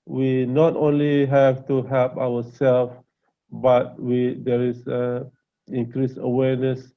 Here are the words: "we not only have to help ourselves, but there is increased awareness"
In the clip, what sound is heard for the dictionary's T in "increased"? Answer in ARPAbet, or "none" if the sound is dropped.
none